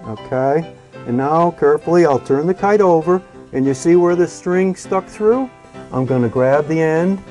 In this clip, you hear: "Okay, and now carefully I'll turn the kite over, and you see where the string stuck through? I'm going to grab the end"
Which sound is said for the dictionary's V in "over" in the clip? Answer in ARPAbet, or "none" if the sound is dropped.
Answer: V